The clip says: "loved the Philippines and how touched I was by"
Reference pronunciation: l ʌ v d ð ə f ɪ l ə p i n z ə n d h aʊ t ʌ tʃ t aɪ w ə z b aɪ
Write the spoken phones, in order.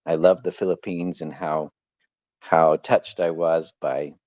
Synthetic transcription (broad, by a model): l ʌ v ð ə f ɪ l ə p i n z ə n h h aʊ t ʌ tʃ t aɪ w ə z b aɪ